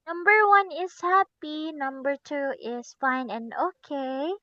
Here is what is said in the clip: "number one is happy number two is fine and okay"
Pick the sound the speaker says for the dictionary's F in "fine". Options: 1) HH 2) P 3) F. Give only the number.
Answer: 3